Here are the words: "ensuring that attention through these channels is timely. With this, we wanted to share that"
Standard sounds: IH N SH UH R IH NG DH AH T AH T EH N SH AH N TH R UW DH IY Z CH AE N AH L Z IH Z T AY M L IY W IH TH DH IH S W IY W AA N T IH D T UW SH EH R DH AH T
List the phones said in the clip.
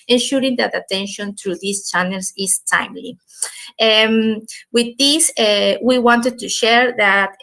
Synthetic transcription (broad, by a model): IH N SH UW R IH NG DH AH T AH T EH N SH AH N T R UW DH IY S CH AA N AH L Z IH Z T AY M L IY W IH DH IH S W IY W AA N T IH D T UW SH EH R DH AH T